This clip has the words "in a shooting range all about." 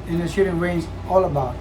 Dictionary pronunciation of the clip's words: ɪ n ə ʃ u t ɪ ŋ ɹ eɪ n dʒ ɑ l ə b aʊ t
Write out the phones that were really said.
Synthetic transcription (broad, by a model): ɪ n ə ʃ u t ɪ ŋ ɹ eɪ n z ɑ l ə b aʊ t